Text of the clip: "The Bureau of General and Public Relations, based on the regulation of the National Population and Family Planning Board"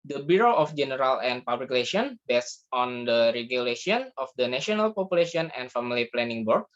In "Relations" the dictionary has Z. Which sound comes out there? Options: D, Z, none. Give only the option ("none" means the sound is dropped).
none